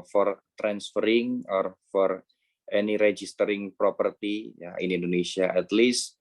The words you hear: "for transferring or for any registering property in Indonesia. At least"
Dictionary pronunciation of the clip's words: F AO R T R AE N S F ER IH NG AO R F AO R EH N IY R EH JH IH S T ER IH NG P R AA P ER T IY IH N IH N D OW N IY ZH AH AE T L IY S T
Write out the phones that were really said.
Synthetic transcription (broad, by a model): F AO R T R AE N S F ER IH NG AO R F AO R EH N IY R EH JH IH S T ER IH NG P R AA P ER T IY IH N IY N D OW N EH S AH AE T L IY S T